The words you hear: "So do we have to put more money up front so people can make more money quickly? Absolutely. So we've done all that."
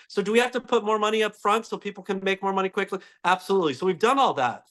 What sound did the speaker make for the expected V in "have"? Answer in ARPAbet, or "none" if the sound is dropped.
F